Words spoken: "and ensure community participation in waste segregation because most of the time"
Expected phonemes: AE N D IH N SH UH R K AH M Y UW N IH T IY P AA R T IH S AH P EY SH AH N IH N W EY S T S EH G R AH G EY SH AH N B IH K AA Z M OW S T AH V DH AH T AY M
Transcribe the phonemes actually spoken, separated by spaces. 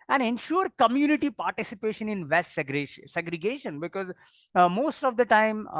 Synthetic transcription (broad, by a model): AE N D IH N SH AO R K AH M Y UW N IH T IY P AA R T IH S AH P EY SH AH N IH N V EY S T S EH G R AH G EY SH AH N B IH K AA Z M OW S T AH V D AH T AY M